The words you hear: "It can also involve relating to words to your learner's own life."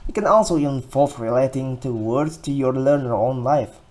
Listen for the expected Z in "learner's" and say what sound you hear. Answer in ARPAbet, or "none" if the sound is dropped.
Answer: none